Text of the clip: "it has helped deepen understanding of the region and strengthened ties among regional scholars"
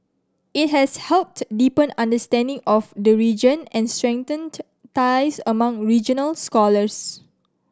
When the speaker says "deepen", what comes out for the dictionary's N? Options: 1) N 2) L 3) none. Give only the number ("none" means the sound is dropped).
1